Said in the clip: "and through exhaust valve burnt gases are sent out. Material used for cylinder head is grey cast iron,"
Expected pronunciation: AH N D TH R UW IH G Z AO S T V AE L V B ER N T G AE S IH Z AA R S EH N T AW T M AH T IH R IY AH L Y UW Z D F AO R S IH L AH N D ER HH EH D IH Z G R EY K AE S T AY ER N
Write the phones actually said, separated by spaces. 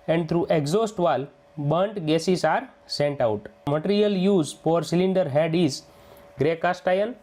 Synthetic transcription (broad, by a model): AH N D T R UW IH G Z AO S T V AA L B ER N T G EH S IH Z AA R S EH N T AW T M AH T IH R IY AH L Y UW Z F AO R S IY L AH N D ER HH EH D IH Z G R EY K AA S T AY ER N